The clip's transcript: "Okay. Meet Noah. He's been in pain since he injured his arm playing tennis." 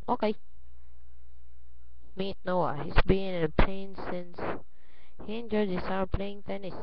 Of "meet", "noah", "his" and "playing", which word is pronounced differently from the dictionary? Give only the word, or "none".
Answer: his